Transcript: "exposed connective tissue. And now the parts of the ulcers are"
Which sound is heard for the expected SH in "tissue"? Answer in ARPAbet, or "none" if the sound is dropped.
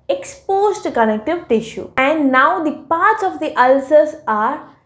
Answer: SH